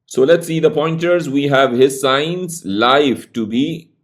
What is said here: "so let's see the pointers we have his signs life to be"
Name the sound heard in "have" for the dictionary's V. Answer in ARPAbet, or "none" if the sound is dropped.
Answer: V